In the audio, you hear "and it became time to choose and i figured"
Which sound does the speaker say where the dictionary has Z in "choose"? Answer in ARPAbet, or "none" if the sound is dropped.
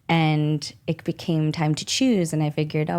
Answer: Z